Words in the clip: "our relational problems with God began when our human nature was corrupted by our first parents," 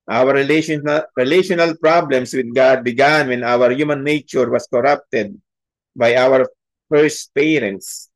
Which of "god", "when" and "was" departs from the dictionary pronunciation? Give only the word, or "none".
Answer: was